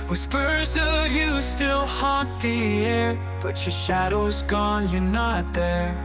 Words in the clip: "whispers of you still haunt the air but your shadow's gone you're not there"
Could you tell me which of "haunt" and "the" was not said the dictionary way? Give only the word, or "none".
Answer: haunt